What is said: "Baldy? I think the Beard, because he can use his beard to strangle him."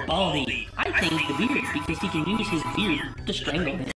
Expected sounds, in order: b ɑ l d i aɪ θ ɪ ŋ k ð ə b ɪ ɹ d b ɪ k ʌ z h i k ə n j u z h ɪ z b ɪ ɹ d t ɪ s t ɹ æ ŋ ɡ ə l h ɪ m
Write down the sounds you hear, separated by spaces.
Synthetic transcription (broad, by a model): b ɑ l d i aɪ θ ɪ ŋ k ð ə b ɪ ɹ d b ɪ k ʌ z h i k ə n j u z h ɪ z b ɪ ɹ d t ɪ s t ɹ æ ŋ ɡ l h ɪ